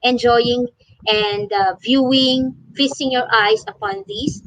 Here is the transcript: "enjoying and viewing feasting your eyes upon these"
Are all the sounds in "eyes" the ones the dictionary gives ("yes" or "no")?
no